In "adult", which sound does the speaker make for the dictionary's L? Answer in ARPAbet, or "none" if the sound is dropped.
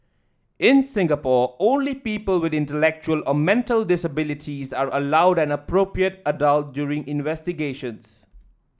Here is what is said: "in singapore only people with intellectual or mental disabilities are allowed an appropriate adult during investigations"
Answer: L